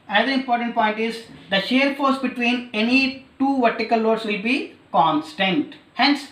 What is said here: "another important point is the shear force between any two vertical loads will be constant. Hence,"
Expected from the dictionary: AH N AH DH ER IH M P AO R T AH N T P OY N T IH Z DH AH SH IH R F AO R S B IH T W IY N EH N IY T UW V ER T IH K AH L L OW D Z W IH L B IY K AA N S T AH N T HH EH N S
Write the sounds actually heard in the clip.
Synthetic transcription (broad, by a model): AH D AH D IH M P AO R T AH N T P OY N T IH Z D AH SH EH R F AO R S B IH T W IY N EH N IY T UW V ER T IH K AH L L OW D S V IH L B IY K AA N S T AH N T HH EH N S